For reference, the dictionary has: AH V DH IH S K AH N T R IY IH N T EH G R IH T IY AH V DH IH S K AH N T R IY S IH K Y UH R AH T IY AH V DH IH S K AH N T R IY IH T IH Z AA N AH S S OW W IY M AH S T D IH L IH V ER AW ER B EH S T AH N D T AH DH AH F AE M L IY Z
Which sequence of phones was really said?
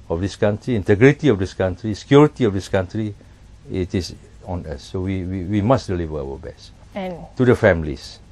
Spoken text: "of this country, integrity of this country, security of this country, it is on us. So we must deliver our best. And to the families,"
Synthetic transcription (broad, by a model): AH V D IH S K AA N T R IY IH N T EH G R IH T IY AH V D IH S K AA N T R IY S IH K Y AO R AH T IY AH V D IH S K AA N T R IY IH T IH S AA N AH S S OW W IY M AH S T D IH L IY V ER AW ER B EH S T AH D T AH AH F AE M L IY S